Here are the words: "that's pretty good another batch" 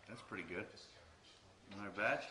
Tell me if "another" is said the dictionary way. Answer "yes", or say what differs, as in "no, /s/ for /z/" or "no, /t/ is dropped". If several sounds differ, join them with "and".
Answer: no, /ð/ is dropped